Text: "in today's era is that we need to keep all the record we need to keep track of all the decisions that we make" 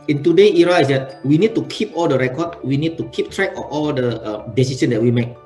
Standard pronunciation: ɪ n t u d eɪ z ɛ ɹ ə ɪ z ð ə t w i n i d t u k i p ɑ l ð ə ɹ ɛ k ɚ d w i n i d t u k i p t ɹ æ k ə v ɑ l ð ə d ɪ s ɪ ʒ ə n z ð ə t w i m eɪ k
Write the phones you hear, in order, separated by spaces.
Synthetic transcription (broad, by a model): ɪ n t u d eɪ i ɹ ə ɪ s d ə t w i n i d t u k i p ɑ l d ə ɹ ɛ k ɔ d w i n i d t u k i p t ɹ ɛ k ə ɑ l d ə d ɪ s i s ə n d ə t w i m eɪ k